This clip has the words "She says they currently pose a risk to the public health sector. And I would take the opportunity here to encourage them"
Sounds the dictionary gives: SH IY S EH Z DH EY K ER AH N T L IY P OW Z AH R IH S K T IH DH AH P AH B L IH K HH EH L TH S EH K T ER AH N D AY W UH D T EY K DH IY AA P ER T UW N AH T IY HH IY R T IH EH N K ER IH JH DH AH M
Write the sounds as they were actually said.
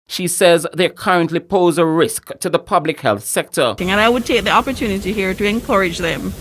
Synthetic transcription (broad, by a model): SH IY S EH Z DH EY K ER AH N T L IY P OW Z AH R IH S K T IH DH AH P AH B L IH K HH EH L TH S EH K T ER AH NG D AY W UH D T EY K DH IY AA P ER T UW N AH T IY HH IY R T IH EH N K ER IH JH DH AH M